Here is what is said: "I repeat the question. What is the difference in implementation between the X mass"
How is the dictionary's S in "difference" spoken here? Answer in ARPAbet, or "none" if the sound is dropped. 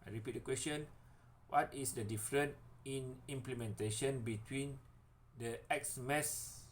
none